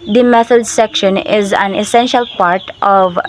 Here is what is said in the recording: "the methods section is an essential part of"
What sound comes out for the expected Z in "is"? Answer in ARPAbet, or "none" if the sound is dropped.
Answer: Z